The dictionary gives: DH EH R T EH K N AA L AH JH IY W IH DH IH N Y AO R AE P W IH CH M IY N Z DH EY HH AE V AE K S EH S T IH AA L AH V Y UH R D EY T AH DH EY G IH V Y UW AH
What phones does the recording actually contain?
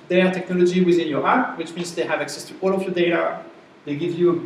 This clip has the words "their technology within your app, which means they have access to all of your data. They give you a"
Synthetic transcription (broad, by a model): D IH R T EH K N AA L AH JH IY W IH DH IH N Y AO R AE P W IH CH M IY N Z DH EY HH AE V AE K S EH S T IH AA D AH F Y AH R D EY T AH DH EY G IH V Y UW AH